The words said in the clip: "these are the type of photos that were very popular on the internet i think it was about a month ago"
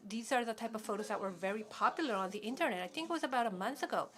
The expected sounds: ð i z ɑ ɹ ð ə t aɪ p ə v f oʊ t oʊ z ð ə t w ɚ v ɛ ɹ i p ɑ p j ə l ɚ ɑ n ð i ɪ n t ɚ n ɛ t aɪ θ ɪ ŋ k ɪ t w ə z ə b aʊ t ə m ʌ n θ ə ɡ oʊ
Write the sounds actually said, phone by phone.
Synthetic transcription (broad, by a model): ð i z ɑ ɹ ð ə t aɪ p ə v f oʊ t oʊ z ð ə t w ɚ v ɛ ɹ i p ɑ p j l ɚ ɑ n ð i ɪ n t ɚ n ɛ t aɪ θ ɪ ŋ k ɪ t w ə z ə b aʊ t ə m ʌ n θ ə ɡ oʊ